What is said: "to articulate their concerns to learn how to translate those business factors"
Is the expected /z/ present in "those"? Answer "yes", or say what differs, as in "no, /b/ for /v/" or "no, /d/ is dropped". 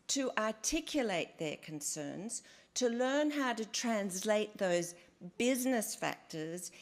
yes